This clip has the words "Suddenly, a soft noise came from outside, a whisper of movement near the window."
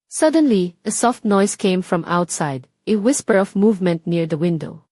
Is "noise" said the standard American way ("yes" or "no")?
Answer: no